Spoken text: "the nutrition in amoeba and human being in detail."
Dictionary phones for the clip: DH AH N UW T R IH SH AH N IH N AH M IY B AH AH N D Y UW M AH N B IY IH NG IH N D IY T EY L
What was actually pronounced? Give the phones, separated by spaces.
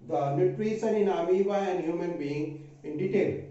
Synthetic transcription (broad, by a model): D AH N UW T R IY S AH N IH N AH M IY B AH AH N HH Y UW M AH N B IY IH NG IH N D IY T EY L